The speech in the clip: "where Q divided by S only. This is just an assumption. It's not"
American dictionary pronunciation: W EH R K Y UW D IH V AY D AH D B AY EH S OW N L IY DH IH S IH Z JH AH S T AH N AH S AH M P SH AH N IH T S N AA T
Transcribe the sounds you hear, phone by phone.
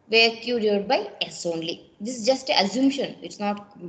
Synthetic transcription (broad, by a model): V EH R K Y UW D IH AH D B AY EH S OW N L IY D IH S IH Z JH AH S T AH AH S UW M SH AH N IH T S N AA T